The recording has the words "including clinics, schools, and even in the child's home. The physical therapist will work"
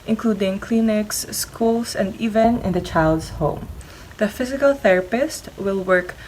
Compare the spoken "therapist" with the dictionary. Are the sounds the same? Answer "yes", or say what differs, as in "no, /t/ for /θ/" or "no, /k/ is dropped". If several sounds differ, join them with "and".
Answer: yes